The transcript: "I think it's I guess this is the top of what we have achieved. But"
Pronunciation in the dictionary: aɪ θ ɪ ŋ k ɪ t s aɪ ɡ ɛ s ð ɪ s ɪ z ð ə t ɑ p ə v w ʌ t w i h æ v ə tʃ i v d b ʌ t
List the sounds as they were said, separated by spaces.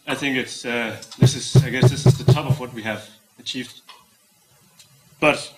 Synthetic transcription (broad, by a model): aɪ θ ɪ ŋ k ɪ t s aɪ ɡ ɛ s ð ɪ s ɪ z ð ə t ɑ p ə v w ʌ t w i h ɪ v ə tʃ i v d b ʌ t